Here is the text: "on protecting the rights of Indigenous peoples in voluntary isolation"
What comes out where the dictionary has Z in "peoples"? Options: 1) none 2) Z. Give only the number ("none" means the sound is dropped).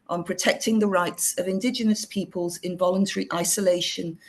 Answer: 2